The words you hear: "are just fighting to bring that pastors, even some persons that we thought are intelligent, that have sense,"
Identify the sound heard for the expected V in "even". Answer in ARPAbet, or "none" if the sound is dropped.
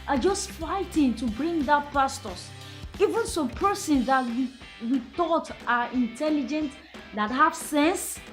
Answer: V